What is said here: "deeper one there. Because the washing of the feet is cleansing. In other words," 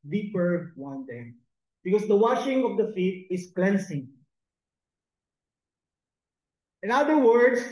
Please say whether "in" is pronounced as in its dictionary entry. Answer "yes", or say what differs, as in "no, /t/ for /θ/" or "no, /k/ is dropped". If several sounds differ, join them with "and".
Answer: yes